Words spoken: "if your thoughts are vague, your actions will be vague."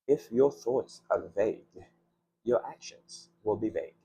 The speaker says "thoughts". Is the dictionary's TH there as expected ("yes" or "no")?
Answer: yes